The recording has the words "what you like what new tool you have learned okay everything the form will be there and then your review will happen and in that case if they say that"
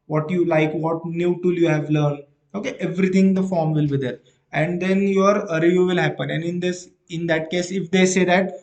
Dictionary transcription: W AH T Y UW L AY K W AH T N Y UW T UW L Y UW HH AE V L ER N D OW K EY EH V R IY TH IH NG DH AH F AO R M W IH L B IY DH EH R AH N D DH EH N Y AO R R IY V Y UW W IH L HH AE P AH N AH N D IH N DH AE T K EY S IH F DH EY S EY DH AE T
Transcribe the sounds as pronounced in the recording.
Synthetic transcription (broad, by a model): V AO T Y UW L AY K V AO T N Y UW T UW L Y UW HH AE V L ER N D OW K EY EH V R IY T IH NG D AH F AO R M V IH L B IY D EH R AH N D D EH N Y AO R R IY Y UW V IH L HH AE P AH N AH N D IH N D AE T K EY S IH F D EY S EY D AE T